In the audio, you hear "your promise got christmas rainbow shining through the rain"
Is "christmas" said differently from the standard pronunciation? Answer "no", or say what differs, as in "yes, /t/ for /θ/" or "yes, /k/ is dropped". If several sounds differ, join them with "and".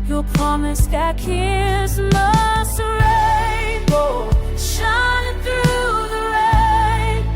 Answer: yes, /ɹ/ is dropped